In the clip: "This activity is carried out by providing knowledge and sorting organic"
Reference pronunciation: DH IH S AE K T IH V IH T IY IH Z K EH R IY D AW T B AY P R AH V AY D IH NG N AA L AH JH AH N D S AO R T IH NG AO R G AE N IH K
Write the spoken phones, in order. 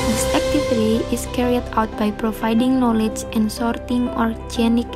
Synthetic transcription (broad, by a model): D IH S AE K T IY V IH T IY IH S K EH R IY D AW T B AY P R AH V AY D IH NG N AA L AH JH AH N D S AO R T IH NG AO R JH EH N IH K